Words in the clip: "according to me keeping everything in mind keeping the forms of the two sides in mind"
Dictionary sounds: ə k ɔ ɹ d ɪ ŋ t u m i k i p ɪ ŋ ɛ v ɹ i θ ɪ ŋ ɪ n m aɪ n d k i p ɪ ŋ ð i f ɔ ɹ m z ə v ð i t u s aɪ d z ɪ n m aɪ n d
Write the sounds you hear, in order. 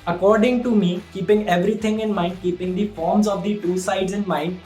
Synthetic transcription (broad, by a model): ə k ɔ ɹ d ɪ ŋ t u m i k i p ɪ ŋ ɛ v ɹ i t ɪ ŋ ɪ n m aɪ n d k i p ɪ ŋ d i f ɔ ɹ m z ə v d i t u s aɪ d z ɪ n m aɪ n d